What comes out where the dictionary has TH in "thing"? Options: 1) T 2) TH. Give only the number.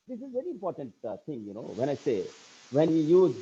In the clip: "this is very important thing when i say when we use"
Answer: 1